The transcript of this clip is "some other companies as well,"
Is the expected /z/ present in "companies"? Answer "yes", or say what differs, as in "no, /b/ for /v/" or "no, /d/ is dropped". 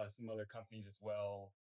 yes